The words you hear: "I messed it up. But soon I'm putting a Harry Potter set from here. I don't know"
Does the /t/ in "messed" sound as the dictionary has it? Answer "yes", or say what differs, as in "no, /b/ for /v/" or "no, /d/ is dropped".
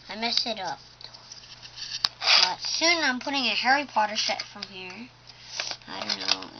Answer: no, /t/ is dropped